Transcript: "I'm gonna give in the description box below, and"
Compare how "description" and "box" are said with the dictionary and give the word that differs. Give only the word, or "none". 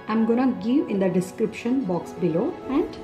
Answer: none